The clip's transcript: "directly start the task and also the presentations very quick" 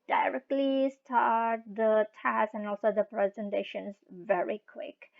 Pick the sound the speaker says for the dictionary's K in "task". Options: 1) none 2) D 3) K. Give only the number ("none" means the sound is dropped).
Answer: 1